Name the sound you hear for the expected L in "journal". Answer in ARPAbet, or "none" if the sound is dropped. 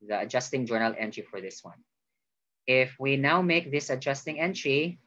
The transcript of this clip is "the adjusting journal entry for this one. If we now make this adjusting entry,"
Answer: L